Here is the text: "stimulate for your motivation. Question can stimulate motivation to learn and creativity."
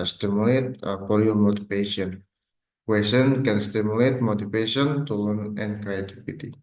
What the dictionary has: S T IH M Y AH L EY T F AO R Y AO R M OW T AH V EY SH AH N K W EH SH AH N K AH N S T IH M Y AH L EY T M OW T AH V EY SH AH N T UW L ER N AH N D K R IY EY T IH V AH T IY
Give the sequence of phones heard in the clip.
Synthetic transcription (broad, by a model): S T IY M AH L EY T P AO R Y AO M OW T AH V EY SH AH N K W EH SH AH N K AH N S T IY M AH L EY T M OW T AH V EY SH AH N T UW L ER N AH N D K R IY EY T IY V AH T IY